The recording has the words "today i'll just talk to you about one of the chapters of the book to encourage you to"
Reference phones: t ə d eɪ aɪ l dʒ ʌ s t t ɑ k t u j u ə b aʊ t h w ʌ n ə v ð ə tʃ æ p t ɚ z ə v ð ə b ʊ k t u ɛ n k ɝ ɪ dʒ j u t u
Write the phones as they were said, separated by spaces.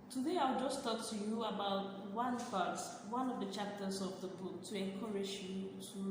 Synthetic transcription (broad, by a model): t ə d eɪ aɪ w dʒ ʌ s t t ɑ k t u j u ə b aʊ t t w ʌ n ə v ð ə tʃ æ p t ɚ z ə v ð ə b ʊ k t u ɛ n k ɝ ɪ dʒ j u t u